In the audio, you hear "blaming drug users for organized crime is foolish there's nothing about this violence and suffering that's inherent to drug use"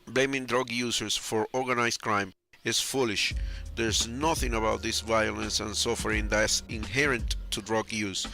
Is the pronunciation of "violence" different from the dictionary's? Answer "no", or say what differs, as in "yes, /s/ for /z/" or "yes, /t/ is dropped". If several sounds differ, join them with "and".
no